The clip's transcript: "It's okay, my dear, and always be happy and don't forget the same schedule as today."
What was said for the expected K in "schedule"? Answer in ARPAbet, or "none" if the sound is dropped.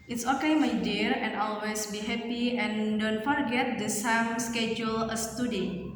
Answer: K